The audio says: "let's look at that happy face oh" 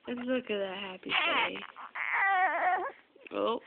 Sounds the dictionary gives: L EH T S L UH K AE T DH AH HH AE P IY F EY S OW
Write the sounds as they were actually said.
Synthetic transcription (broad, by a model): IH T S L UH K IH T DH AH HH AE P IY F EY OW